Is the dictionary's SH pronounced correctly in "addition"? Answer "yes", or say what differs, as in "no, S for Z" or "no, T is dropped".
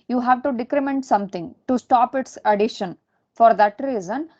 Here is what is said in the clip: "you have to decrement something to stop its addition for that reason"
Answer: yes